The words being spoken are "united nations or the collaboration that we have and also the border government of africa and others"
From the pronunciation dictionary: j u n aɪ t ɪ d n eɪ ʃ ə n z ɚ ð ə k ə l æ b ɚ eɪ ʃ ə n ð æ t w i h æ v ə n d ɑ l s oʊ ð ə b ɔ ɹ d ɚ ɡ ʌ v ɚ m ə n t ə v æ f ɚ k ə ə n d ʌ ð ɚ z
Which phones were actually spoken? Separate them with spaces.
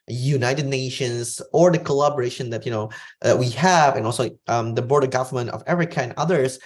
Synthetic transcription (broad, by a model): j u n aɪ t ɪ d n eɪ ʃ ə n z ɚ ð ə k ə l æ b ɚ eɪ ʃ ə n ð æ t w i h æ v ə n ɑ l s oʊ ð ə b ɔ ɹ d ɚ ɡ ʌ v ɚ m ə n t ə v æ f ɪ k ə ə n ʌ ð ɚ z